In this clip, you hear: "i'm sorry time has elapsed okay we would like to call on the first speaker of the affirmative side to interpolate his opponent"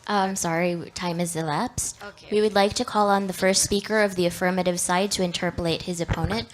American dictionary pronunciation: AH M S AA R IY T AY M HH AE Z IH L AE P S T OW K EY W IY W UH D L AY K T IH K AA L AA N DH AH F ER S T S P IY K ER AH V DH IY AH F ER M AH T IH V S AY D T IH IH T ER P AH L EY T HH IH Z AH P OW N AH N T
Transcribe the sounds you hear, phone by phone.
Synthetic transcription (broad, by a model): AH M S AA R IY T AY M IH Z IH L AE P S T W IY W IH D L AY K T IH K AA L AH N DH AH F ER S T S P IY K ER AH V DH IY AH F ER M AH T IH V S AY D T IH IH T ER P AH L EY T HH IH Z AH P OW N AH N T